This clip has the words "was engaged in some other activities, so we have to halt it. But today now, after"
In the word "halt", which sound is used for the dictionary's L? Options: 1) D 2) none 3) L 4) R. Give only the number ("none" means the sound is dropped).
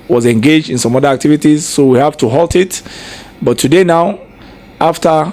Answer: 3